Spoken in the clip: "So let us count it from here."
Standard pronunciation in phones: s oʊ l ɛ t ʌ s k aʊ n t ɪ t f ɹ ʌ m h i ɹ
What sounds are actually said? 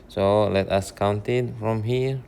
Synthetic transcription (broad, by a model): s oʊ l ɛ t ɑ s k aʊ n t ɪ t f ɹ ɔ m h i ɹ